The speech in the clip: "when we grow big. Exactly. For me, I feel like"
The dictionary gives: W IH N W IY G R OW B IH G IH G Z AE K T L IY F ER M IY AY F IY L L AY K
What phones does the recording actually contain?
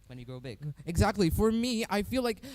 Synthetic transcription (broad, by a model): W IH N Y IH G R OW B IH G IH G Z AE K T L IY F ER M IY AY F IY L L AY K